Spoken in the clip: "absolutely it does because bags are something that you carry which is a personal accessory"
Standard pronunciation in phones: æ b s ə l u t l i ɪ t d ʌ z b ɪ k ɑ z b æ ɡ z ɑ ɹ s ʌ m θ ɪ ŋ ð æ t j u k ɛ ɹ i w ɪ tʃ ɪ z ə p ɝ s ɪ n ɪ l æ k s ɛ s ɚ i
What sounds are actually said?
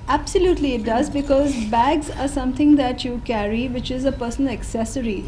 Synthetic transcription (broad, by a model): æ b s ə l u t l i ɪ t d ʌ z b ɪ k ɑ z b æ ɡ z ɑ ɹ s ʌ m t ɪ ŋ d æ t j u k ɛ ɹ i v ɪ tʃ ɪ z ə p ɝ s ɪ n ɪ k s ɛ s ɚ i